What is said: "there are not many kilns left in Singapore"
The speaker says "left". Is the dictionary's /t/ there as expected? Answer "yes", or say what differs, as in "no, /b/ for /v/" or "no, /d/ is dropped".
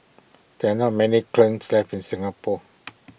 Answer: no, /t/ is dropped